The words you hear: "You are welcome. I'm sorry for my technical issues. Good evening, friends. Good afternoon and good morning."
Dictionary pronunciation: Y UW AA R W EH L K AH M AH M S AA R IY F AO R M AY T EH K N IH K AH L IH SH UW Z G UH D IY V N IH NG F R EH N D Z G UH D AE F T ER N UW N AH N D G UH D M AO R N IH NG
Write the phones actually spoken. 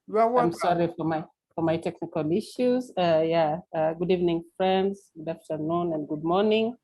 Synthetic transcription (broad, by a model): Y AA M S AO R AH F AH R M AA IY F AO R M AY T EH K N IH K AH L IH SH UW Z G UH D IY V N IH NG F R EH N D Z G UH D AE F T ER N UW N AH N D G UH D M AO R N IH NG